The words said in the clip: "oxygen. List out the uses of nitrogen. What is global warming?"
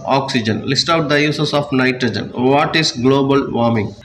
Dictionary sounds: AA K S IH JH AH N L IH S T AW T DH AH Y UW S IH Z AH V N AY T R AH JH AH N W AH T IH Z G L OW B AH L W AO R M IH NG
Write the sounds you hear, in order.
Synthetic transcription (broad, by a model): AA K S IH JH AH N L IH S T AW T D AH Y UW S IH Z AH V N AY T R AH JH AH N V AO T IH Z G L OW B AH L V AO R M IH NG